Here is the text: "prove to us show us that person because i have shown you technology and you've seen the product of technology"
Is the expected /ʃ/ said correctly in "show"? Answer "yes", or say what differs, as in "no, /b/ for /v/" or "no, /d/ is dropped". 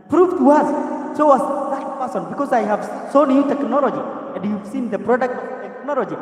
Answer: no, /s/ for /ʃ/